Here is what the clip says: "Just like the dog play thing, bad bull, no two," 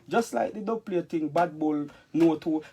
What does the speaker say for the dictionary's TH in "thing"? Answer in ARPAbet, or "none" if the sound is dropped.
T